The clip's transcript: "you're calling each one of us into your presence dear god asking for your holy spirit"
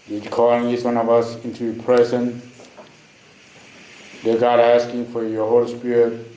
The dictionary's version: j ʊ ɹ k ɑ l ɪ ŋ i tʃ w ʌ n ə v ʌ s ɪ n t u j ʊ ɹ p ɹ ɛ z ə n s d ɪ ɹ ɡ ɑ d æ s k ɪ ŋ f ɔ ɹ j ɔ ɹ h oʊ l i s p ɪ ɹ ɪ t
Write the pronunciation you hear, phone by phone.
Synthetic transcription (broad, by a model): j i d k ɑ l ɪ ŋ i s w ʌ n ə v ʌ s ɪ n t u p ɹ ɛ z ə n d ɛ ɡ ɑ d æ s k ɪ ŋ f ɔ ɹ j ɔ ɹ h oʊ l i s p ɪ ɹ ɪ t